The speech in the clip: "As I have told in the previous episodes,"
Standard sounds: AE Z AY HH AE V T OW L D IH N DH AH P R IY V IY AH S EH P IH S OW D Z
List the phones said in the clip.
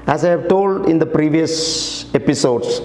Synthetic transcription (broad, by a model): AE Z AY HH AE V T OW L D IH N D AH P R IY V IY AH S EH P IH S OW D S